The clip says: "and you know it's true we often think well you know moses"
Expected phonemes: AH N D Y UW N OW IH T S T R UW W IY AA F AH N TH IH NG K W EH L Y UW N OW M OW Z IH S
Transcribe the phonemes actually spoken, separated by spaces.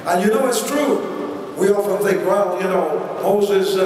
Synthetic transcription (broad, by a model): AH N Y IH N OW IH T S T R UW W IY AA F AH N TH IH NG K W EH L Y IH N OW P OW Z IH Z